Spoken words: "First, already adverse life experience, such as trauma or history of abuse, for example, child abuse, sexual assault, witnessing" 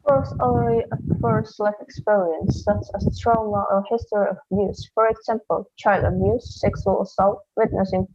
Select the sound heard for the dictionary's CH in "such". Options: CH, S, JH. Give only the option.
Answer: S